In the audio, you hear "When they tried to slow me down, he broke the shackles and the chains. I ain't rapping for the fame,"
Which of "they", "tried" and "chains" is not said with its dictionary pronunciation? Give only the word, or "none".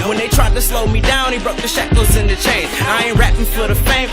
chains